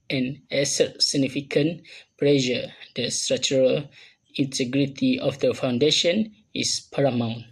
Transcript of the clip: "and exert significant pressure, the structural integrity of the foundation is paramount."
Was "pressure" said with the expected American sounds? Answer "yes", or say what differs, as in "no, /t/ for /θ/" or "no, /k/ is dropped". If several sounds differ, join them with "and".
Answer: no, /l/ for /ɹ/